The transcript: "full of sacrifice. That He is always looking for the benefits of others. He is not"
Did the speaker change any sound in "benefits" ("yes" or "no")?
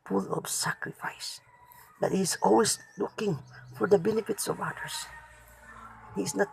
no